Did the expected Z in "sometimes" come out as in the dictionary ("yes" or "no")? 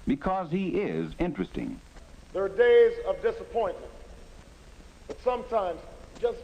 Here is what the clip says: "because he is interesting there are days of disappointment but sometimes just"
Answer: yes